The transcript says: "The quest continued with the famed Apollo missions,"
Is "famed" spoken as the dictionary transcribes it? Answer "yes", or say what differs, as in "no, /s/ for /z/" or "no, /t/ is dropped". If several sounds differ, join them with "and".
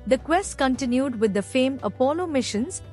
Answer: no, /d/ is dropped